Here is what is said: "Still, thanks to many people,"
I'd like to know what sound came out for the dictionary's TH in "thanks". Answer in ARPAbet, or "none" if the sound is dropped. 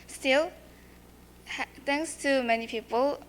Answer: T